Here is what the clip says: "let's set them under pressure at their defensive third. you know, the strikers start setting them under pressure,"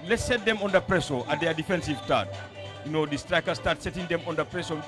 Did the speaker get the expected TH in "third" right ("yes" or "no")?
no